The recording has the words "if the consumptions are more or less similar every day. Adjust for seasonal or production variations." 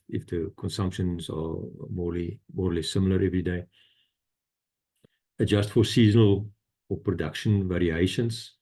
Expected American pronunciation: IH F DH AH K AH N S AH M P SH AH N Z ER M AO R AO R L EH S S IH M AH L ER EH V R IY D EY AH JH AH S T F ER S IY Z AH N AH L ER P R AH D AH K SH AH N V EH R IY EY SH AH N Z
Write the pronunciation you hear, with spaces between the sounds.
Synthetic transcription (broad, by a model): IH F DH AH K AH N S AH M P SH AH N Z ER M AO L AO R L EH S S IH M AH L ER EH V R IY D EY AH JH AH S T F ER S IY Z AH N AH L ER P R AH D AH K SH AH N V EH R IY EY SH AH N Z